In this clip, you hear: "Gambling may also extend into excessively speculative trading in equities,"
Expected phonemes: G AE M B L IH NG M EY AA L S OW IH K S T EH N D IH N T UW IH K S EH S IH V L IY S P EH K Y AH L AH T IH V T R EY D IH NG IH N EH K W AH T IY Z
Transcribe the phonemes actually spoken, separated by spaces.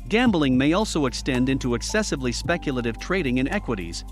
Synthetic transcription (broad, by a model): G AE M B L IH NG M EY AA L S OW IH K S T EH N D IH N T UW IH K S EH S IH V L IY S P EH K Y AH L AH T IH V T R EY D IH NG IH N EH K W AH T IY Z